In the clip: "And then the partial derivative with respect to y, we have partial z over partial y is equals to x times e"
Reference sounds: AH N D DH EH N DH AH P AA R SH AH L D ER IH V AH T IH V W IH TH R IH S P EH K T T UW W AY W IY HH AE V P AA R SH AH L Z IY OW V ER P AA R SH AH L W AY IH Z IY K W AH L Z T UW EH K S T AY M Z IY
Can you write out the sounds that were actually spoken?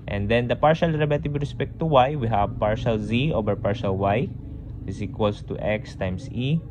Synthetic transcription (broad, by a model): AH N D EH N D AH P AA R SH AH L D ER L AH T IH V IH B R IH S P EH K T T UW W AY W IY HH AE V P AA R SH AH L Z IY OW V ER P AA R SH AH L W AY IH S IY K W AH L S T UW EH K S T AY M S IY